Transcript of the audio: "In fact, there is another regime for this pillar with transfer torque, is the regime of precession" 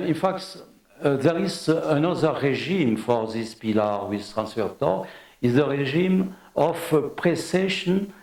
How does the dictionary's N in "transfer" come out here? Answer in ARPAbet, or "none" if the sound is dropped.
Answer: N